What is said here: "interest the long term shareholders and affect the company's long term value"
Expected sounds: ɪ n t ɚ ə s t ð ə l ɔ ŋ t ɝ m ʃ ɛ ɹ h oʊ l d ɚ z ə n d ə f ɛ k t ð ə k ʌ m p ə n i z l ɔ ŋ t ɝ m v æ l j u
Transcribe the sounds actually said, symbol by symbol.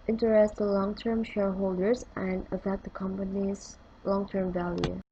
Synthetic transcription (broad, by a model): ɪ n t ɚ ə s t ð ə l ɔ ŋ t ɝ m ʃ ɛ ɹ h oʊ l d ɚ z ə n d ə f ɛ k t ð ə k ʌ m p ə n i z l ɔ ŋ t ɝ m v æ l j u